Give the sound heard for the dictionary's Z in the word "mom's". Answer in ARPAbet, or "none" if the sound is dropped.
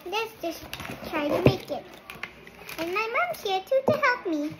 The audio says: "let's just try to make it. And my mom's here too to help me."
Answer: none